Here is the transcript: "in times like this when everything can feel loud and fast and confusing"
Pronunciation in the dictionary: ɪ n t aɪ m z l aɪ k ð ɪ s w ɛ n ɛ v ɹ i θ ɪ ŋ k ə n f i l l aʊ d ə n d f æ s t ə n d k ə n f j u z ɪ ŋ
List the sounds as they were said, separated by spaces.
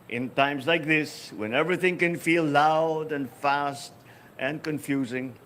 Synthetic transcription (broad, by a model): ɪ n t aɪ m z l aɪ k ð ɪ s w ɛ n ɛ v ɹ i θ ɪ ŋ k ə n f i l l aʊ d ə n f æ s t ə n k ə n f j u z ɪ ŋ